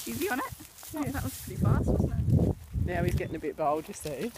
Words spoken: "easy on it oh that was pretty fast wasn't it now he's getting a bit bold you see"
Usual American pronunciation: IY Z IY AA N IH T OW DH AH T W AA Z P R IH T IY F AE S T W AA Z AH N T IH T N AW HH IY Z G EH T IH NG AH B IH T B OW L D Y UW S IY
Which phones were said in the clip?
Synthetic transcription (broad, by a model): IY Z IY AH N IH T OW DH AH T W AA Z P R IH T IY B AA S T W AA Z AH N IH T N AW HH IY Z G EH T IH NG AH B IH T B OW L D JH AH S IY